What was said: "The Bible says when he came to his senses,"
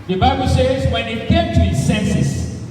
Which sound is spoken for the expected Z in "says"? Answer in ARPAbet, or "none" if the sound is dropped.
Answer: Z